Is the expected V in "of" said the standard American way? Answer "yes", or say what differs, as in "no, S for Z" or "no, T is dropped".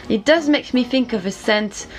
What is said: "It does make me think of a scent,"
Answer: yes